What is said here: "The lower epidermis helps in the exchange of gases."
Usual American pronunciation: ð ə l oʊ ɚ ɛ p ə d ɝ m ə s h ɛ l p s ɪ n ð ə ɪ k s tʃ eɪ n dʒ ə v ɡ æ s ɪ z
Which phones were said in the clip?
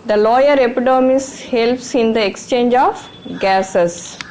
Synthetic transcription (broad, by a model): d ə l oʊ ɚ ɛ p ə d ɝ m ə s h ɛ l p s ɪ n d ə ɪ k s tʃ eɪ n dʒ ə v ɡ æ s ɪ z